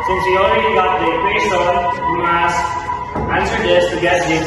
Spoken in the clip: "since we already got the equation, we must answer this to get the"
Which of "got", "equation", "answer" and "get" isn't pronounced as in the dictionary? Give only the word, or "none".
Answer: equation